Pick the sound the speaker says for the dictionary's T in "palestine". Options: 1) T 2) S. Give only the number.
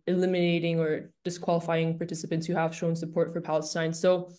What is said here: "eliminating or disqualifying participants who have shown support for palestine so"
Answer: 2